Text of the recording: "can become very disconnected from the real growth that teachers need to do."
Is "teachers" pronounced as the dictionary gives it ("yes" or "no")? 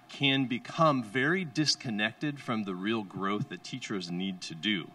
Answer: yes